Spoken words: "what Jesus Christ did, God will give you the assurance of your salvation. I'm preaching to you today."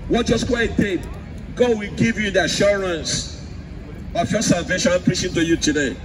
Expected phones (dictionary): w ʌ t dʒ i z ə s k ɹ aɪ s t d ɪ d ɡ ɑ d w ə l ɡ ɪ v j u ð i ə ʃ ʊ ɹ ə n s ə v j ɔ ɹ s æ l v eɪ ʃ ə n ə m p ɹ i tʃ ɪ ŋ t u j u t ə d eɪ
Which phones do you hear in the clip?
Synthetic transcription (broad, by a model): w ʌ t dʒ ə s k w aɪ t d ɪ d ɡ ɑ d w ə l ɡ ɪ v j u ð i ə ʃ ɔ ɹ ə n s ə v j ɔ s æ l v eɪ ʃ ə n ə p ɹ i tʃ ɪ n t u j u t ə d eɪ